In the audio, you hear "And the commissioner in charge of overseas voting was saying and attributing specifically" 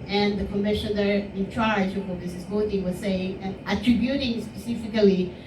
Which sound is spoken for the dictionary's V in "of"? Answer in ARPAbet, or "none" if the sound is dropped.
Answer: W